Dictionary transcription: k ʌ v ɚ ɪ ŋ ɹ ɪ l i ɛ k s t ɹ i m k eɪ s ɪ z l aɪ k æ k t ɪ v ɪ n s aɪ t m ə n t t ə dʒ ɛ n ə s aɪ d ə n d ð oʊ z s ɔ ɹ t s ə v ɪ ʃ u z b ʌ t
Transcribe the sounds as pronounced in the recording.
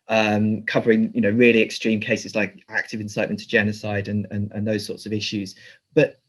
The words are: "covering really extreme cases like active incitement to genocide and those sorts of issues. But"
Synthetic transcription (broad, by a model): k ʌ v ɚ ɪ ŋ ɹ ɪ l i ɛ k s t ɹ i m k eɪ s ɪ z l aɪ k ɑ k t ɪ v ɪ n s aɪ t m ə n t t ə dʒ ɛ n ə s aɪ d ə n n ð oʊ z s ɔ t s ə v ɪ ʃ u z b ʌ t